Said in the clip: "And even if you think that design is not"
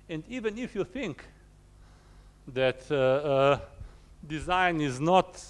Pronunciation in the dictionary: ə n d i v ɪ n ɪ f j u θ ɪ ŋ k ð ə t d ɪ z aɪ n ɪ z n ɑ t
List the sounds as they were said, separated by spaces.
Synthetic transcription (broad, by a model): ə n d i v ɪ n ɪ f j u θ ɪ ŋ k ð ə t d ɪ z aɪ n ɪ z n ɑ t